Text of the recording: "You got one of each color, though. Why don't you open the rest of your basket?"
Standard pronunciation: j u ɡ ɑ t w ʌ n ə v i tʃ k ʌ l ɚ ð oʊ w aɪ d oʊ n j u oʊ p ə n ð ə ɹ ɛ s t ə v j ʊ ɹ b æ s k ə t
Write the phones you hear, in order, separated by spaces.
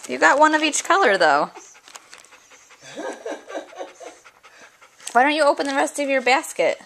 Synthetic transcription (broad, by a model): j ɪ ɡ ɑ t w ʌ n ə v i tʃ k ʌ l ɚ ð oʊ w aɪ d oʊ n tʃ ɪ oʊ p ə n ð ə ɹ ɛ s t ə v j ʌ ɹ b æ s k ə t